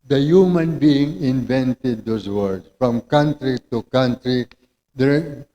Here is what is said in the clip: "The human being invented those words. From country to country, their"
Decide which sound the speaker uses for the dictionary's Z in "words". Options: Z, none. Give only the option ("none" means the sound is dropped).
none